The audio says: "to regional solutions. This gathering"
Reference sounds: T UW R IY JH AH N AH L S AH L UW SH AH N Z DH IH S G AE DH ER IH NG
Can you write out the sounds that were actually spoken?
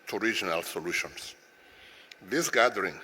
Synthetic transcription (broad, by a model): T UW R IY JH AH N AH L S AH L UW SH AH N S DH IH S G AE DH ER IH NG